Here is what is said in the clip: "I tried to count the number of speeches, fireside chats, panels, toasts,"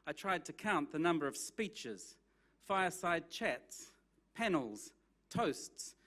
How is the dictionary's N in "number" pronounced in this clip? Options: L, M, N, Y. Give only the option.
N